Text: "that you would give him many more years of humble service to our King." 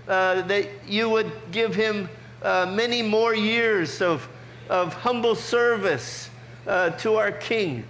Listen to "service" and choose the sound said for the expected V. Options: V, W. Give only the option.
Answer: V